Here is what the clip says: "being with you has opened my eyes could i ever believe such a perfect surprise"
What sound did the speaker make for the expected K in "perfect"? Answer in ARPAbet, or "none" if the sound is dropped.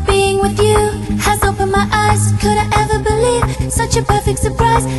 K